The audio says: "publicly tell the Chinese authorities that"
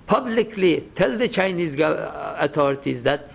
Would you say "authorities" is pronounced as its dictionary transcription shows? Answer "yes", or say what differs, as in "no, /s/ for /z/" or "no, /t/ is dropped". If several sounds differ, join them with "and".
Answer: no, /t/ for /θ/